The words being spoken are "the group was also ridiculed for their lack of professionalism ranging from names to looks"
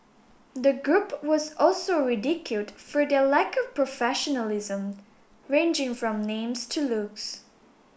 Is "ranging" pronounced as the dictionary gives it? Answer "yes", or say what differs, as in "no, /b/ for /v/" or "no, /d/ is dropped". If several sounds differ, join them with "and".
yes